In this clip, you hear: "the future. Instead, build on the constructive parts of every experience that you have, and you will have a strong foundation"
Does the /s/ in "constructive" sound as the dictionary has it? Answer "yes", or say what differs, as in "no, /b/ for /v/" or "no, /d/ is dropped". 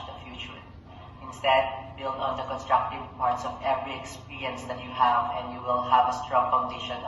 yes